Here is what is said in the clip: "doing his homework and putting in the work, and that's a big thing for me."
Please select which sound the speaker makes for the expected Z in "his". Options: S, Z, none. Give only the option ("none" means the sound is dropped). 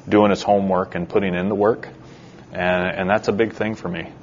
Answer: S